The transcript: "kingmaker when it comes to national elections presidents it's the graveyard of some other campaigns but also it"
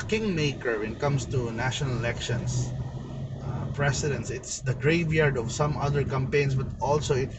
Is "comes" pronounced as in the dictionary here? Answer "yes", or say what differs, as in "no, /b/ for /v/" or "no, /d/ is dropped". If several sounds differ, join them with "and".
no, /s/ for /z/